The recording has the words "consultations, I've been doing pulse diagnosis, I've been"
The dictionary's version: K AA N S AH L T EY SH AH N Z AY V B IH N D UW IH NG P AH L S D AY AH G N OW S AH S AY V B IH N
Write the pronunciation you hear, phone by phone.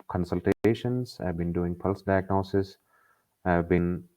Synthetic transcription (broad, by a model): K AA N S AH L T EY SH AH N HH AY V B IH N D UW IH NG P AH L S D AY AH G N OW S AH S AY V B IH N